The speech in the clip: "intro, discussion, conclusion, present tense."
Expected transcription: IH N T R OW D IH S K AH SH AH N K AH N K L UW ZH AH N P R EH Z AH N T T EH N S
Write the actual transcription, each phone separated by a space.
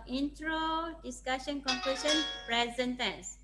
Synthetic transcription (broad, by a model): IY N T R OW D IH S K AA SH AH N K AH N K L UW S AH N P R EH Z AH N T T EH N S